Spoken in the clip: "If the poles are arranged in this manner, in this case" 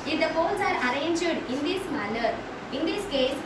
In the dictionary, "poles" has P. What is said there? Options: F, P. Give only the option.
F